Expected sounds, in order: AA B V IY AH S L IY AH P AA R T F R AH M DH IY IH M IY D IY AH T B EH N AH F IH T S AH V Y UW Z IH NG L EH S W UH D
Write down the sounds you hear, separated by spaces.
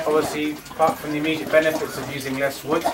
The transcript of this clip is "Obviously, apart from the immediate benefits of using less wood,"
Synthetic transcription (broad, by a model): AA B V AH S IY P AA T F R AH M DH IY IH M IY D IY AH T B EH N AH F IH T S AH V Y UW Z IH NG L EH S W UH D